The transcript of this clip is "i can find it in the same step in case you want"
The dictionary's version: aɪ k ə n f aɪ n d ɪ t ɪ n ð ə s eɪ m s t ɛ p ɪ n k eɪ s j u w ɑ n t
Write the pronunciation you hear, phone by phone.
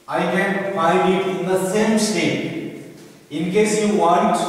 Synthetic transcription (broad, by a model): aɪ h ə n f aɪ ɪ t ɪ n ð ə s eɪ m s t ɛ ɪ n k eɪ s j u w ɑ n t